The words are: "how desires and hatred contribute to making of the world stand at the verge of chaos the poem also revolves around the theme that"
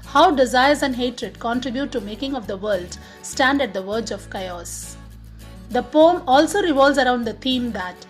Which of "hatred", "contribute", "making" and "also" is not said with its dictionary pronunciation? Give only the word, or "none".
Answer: none